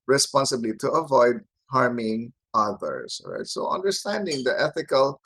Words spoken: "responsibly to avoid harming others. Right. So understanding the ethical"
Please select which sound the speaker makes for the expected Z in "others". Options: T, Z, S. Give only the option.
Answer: S